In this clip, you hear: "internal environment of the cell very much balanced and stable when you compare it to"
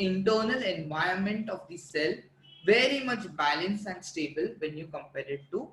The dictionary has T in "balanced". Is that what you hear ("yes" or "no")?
no